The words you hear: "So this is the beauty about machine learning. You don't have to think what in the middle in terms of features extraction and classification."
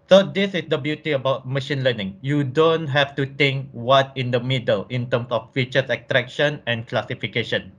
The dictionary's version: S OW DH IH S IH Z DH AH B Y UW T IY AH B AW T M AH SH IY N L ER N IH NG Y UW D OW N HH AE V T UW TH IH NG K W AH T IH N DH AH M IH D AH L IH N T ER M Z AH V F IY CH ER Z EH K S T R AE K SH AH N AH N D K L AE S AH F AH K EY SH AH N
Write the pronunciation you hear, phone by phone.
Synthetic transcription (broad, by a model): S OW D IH S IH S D AH B Y UW T IY AH B AW T M AH SH IY N L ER N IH NG Y UW D OW N HH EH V T UW T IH NG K W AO T IH N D AH M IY D AH L IH N T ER M S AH F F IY CH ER S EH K T R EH K SH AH N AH N K L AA S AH F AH K EY SH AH N